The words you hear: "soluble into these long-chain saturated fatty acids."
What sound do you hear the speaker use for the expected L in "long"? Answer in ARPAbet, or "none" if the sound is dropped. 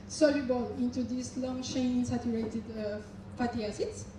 L